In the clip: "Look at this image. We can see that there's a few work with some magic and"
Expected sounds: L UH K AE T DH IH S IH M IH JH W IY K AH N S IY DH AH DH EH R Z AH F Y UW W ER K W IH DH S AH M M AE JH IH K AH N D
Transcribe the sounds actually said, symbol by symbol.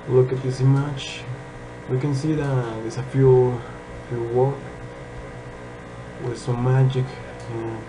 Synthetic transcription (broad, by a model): L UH K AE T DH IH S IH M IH CH W IY K AH N S IY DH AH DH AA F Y AH F Y UW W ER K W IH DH S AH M M AE JH IH K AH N